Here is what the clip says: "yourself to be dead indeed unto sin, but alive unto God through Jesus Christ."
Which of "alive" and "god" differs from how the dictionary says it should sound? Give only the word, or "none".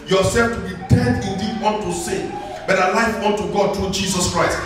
alive